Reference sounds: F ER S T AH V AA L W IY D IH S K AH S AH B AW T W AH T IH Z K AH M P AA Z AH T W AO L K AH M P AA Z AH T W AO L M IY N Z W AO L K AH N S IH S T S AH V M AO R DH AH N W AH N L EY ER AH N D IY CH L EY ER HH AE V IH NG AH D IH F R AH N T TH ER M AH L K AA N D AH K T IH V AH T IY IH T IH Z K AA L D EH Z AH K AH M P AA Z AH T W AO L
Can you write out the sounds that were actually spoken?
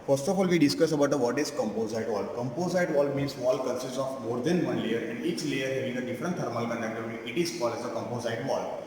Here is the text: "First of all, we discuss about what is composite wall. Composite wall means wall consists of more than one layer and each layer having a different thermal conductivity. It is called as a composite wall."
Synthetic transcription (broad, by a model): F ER S T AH F AA L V IY D IH S K AH S AH B AW T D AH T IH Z K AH M P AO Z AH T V AO L K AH M P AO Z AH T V AO L M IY N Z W AO L K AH N S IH S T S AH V M AO R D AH N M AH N L EY ER AH N D IY CH L EY ER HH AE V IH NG AH D IH F R AH N T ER M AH L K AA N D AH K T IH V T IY IH T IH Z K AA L EH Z AH K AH M P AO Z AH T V AO L